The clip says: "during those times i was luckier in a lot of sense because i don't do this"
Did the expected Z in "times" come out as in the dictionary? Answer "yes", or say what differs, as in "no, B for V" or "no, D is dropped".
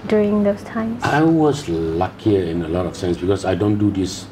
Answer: no, Z is dropped